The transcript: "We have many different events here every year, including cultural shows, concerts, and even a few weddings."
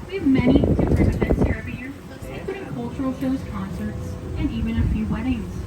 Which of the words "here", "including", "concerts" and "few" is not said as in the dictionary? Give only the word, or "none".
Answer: including